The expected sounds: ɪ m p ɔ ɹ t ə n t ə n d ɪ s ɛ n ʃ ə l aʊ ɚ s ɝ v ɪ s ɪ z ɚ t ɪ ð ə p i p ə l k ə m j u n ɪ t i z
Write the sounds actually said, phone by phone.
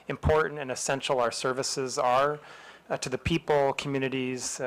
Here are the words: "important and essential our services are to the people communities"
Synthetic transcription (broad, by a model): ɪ m p ɔ ɹ t n t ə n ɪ s ɛ n ʃ l aʊ ɚ s ɝ v ɪ s ɪ z ɚ t ɪ ð ə p i p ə l k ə m j u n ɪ t i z